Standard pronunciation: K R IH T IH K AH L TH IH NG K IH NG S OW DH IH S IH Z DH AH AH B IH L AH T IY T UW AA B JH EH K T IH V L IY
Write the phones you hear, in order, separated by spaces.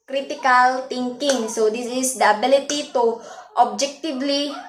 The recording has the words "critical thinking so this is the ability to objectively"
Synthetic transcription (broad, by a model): K R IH T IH K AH L T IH NG K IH NG S OW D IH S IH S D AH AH B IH L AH T IY T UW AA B JH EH K T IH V L IY